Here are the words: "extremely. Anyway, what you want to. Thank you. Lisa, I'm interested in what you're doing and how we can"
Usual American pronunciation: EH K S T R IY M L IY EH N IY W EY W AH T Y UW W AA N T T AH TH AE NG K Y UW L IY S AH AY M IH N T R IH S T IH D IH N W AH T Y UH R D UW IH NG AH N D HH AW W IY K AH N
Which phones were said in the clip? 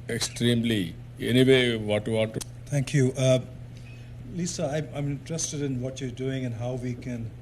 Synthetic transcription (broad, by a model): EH K S T R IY M L IY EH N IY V EY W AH T Y UW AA T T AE NG K Y UW L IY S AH AY M IH N T R IH S T IH D IH N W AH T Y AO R D UW IH NG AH N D HH AW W IY K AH N